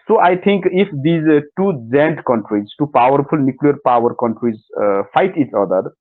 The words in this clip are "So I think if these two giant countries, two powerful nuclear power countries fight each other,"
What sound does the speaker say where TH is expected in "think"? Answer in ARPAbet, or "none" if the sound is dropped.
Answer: T